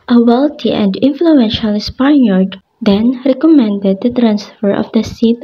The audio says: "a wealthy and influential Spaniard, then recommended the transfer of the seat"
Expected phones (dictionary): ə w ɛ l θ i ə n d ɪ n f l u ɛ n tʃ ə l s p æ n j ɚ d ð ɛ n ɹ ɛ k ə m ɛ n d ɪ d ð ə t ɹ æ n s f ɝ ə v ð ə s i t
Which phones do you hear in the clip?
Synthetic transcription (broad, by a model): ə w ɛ l t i ə n d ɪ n f l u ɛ n ʃ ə l s p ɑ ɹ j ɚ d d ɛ n ɹ ɛ k ə m ɛ n d ɪ d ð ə t ɹ æ n s f ɝ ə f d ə s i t